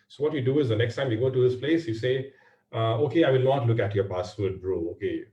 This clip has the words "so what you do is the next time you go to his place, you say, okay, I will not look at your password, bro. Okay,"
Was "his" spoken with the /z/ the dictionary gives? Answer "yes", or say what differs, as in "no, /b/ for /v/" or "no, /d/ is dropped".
no, /s/ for /z/